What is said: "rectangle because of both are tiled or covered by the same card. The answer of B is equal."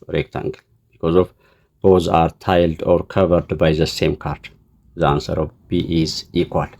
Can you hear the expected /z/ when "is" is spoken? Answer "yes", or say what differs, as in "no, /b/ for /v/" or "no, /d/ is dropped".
yes